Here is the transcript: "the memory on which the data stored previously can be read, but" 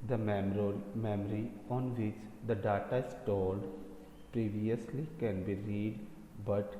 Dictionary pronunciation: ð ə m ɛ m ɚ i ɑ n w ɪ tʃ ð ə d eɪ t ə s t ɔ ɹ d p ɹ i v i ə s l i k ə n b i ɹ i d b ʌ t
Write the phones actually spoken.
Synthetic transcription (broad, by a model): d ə m ɛ m ɚ i ɑ n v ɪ tʃ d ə d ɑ t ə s t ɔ l d p ɹ i v i ə s l i k ə n b i ɹ i d b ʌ t